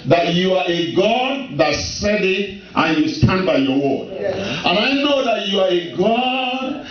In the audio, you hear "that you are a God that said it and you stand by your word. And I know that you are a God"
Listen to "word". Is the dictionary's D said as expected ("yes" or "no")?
no